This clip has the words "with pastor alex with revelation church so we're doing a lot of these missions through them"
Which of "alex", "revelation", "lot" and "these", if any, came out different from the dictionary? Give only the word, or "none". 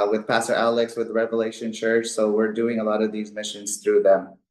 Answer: none